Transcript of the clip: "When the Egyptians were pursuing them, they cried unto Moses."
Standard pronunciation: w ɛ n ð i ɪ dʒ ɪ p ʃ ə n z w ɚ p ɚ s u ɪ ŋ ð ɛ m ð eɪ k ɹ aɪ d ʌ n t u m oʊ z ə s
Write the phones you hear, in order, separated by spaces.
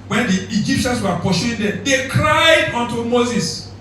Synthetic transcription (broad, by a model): w ɛ n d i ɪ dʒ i p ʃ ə n s w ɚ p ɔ ʃ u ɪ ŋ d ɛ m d eɪ k ɹ aɪ d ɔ n t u m oʊ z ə s